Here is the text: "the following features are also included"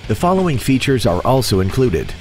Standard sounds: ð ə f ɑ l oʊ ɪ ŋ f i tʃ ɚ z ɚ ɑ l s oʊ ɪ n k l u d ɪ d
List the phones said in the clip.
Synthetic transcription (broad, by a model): ð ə f ɑ l oʊ ɪ ŋ f i tʃ ɚ z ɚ ɑ l s oʊ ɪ n k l u d ɪ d